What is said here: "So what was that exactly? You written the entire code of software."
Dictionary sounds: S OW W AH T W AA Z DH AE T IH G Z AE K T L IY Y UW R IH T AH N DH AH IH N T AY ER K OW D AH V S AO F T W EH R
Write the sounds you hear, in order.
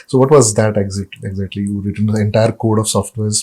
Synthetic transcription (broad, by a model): S OW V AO T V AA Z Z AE T IH G Z AE K T L IY Y UW R IH T AH N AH IH N T AY ER K OW D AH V S AO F T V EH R